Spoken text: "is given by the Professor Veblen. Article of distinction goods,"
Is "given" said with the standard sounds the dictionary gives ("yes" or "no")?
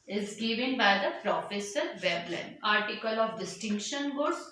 yes